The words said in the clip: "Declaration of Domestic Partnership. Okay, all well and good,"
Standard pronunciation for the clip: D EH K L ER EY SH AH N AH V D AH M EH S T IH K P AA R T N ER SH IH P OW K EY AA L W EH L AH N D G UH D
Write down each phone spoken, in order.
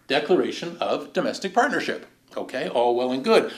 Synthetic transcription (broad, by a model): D EH K L ER EY SH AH N AH V D AH M EH S T IH K P AA R T N ER SH IH P OW K EY AA L W EH L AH N G UH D